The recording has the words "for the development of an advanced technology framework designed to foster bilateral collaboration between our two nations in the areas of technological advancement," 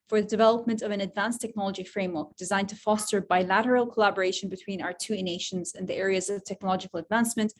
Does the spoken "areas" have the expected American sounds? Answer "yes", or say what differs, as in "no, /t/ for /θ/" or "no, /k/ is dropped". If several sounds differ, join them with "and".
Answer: yes